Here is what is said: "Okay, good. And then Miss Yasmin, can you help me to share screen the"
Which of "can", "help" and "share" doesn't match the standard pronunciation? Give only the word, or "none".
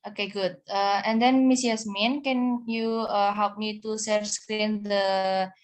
share